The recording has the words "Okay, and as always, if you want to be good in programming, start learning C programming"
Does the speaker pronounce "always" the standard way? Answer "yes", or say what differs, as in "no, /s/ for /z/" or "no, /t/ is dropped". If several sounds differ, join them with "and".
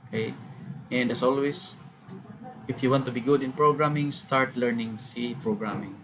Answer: no, /s/ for /z/